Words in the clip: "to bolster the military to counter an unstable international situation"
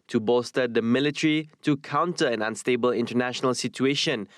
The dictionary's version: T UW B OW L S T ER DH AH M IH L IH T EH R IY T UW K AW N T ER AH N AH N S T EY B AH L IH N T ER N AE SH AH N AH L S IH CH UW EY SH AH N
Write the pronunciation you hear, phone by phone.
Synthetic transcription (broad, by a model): T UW B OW S T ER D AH M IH L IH T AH R IY T UW K AW N T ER AH N AH N S T EY B AH L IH N T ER N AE SH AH N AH L S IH CH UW EY SH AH N